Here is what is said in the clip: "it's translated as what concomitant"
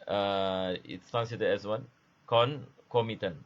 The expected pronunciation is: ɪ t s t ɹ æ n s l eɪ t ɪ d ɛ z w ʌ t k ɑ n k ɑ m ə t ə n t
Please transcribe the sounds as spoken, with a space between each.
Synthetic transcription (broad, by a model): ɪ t s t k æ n s i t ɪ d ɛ s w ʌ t k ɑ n k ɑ m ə t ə n